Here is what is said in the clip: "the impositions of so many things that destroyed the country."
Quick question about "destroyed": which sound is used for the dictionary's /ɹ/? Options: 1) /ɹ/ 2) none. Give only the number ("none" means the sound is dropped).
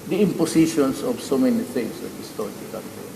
2